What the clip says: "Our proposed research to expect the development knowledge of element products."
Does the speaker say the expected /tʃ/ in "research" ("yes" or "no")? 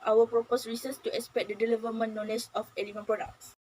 no